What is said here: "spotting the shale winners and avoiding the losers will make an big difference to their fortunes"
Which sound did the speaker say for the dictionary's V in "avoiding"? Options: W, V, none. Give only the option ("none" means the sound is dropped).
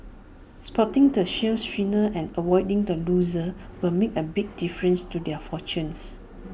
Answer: W